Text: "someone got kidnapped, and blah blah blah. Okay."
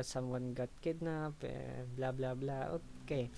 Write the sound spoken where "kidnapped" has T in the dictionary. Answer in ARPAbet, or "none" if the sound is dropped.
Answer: none